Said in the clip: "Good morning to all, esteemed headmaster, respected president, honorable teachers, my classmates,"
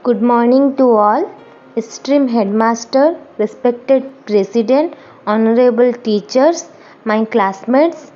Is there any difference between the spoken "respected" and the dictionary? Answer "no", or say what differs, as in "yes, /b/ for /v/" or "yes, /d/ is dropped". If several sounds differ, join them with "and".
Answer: no